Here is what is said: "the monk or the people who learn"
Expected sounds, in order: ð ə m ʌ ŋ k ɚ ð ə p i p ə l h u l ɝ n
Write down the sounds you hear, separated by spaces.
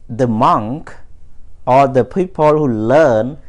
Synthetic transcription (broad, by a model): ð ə m ʌ ŋ k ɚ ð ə p i p ə l h u l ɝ n